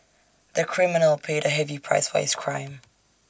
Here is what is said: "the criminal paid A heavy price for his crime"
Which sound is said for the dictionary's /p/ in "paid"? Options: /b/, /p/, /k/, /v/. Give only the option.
/p/